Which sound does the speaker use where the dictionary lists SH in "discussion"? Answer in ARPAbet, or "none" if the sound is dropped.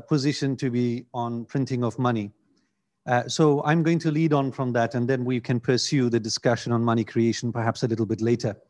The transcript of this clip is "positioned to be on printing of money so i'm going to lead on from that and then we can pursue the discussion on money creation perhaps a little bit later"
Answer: SH